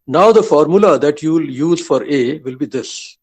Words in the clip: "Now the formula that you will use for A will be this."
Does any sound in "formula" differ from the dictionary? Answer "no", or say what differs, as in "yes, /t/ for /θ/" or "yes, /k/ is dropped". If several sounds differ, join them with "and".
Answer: no